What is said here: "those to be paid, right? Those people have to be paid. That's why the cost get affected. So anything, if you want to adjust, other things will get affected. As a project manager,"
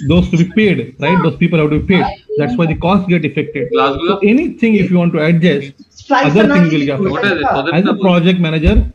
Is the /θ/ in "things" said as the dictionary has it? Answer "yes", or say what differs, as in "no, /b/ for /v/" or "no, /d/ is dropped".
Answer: no, /t/ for /θ/